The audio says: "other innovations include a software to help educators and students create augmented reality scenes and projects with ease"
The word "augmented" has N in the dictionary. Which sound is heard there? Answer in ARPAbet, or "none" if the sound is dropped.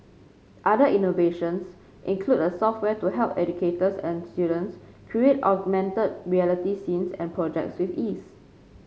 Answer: N